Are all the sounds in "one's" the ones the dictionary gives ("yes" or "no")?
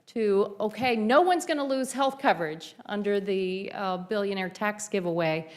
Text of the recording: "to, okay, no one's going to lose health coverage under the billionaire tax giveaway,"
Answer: yes